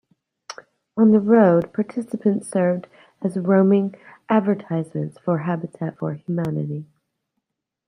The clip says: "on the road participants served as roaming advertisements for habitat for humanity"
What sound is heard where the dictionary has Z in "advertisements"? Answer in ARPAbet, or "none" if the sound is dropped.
Z